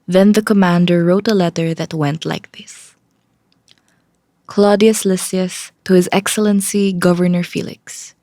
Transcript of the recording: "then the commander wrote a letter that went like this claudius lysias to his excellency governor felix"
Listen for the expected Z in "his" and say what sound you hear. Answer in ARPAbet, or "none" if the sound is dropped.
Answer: Z